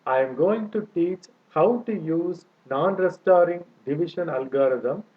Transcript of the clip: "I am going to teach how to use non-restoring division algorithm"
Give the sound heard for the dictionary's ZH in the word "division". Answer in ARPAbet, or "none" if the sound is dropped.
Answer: SH